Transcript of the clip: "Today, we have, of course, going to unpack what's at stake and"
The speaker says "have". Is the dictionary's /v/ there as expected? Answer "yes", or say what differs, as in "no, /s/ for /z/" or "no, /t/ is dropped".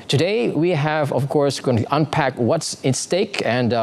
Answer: yes